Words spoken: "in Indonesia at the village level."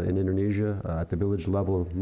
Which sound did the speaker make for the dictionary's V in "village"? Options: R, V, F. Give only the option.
V